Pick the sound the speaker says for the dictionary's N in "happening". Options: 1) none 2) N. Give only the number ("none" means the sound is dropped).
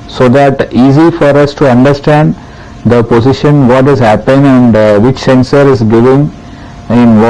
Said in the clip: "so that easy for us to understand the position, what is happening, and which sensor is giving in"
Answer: 1